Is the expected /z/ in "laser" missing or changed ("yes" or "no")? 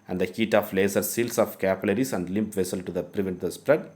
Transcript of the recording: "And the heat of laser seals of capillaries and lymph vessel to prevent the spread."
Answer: yes